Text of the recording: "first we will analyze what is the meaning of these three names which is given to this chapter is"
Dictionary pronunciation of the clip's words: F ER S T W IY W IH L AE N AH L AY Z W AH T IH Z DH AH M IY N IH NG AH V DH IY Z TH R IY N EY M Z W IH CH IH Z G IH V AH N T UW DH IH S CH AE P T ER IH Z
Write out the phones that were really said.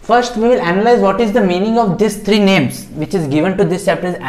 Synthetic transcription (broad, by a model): F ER S T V IY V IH L AE N AH L AY Z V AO T IH Z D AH M IY N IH NG AH V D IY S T R IY N EY M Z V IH CH IH Z G IH V AH N T UW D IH S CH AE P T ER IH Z